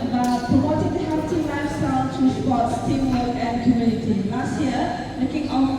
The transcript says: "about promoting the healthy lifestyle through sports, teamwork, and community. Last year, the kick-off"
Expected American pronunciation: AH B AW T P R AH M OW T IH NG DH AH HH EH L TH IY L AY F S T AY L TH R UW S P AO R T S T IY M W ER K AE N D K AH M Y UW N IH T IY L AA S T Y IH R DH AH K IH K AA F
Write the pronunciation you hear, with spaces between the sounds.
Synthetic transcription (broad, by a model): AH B AW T P R AH M OW T IH NG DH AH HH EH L T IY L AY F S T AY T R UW S P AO T S T IY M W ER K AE N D K AH M Y UW N IH T IY L AA S T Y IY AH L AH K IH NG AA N